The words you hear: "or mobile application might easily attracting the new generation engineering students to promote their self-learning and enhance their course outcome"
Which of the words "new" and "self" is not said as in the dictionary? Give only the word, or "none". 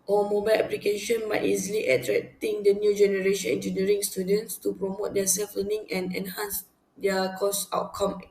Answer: none